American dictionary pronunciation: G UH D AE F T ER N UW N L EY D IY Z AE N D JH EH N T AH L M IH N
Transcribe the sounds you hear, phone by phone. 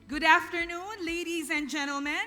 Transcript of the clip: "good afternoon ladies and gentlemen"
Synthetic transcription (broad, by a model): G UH D AE F T ER N UW N L EY D IY Z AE N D JH EH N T L M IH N